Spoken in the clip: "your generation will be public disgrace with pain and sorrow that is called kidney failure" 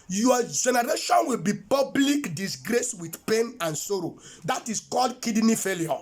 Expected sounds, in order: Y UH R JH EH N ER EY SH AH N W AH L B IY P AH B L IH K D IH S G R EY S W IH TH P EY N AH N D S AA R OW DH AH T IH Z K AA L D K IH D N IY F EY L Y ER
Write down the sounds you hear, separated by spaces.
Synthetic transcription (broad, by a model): Y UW JH EH N ER EY SH AH N W AH L B IY P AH B L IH K D IH S G R EY S W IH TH P EY N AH N S AA R OW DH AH T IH S K AA L D K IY D N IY F EY L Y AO